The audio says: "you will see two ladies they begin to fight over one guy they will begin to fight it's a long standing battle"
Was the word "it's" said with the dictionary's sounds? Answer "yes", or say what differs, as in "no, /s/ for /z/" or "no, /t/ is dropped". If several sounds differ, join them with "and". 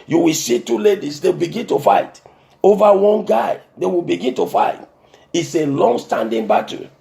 yes